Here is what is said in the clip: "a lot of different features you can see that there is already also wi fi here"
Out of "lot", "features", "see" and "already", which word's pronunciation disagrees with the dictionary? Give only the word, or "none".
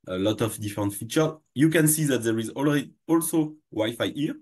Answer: features